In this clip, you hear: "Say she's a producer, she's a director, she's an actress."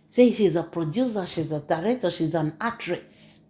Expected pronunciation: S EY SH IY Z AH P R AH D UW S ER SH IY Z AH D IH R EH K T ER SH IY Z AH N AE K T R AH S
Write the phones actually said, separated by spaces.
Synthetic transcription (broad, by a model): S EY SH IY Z AH P R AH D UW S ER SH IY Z AH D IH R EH T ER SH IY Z AH N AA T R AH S